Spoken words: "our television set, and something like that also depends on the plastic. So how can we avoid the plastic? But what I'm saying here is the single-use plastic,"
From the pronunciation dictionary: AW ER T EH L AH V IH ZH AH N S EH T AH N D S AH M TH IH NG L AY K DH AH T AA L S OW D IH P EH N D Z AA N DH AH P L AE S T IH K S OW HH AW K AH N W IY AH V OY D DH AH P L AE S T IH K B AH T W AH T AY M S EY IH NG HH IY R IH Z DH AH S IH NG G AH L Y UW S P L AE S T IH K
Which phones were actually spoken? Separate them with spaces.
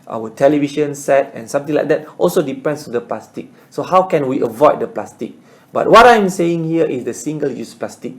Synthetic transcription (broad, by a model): AW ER T EH L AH V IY SH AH N S EH T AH N S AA M T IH NG L AY K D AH T AA L S OW D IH P EH N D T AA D AH P L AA S T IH K S OW HH AW K AH N W IY AH V OY D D AH P L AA S T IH K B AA T W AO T AY M S EY IH NG HH IY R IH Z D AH S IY NG G AH L Y UW S P L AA S T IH K